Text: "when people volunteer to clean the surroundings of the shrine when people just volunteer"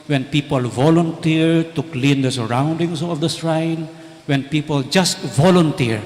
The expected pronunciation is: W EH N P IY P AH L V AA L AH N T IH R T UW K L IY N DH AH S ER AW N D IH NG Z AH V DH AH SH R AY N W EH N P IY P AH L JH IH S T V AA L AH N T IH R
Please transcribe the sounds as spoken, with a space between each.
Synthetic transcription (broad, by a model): W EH N P IY P AH L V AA L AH N T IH R T UW K L IY N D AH S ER AW N D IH NG S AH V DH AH S R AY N W EH N P IY P AH L JH IH S T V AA L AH N T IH R